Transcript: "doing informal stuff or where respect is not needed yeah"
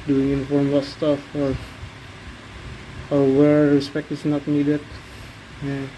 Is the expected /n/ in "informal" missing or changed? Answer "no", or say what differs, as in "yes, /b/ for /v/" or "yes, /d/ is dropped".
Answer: yes, /n/ is dropped